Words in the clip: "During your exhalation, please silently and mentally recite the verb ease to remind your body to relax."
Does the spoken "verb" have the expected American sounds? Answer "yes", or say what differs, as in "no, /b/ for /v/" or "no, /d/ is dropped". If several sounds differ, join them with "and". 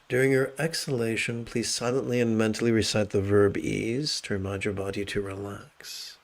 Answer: yes